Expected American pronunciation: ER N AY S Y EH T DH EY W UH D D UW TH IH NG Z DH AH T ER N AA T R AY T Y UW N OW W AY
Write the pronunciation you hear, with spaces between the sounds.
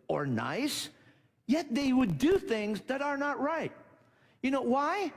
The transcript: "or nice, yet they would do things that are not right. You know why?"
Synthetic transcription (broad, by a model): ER N AY S Y EH T DH EY W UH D D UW TH IH NG Z DH AH T ER N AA T R AY T Y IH N OW W AY